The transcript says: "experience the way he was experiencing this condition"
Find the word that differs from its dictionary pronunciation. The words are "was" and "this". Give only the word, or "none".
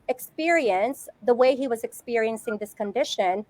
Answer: none